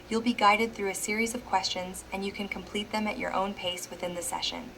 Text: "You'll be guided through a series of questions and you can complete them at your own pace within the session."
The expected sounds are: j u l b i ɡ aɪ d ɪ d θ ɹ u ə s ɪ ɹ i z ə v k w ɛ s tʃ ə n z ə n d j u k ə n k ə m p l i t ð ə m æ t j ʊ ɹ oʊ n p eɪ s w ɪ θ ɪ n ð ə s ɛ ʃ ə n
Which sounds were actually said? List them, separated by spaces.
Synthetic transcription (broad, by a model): j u l b i ɡ aɪ d ɪ d θ ɹ u ə s ɪ ɹ i z ə v k w ɛ s tʃ ə n z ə n j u k ə n k ə m p l i t ð ə m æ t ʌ ɹ oʊ n p eɪ s w ɪ θ ɪ n ð ə s ɛ ʃ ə n